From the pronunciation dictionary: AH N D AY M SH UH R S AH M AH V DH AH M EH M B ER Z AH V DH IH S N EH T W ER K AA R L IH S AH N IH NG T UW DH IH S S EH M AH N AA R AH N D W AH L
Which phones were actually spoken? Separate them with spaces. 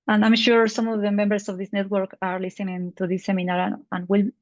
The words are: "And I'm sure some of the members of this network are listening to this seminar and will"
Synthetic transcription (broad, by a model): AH N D AY M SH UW R S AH M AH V DH AH M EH M B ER S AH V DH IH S N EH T W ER K AA R L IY S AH N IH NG T UW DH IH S S EH M AH N AA R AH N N W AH L